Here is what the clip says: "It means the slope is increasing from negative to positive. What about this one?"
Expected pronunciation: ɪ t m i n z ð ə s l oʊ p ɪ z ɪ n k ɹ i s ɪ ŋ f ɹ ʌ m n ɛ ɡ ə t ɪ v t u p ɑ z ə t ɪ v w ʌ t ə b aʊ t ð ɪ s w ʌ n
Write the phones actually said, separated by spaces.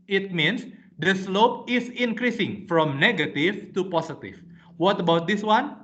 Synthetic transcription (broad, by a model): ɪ t m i n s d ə s l oʊ p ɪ s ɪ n k ɹ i s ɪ ŋ f ɹ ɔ m n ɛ ɡ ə t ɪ f t u p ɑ s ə t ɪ f w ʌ t ə b aʊ t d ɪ s w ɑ n